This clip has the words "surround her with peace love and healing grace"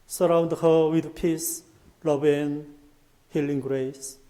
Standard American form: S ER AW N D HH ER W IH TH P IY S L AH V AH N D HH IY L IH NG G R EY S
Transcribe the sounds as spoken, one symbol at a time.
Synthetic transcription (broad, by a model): S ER AW N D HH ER W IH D P IY S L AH B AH N HH IY L IH NG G R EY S